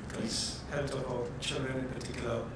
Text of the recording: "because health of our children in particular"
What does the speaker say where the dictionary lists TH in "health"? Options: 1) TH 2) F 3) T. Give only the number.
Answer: 3